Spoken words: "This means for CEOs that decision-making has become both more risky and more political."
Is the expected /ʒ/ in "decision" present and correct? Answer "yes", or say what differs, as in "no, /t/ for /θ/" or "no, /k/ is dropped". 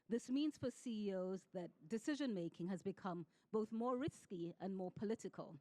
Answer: yes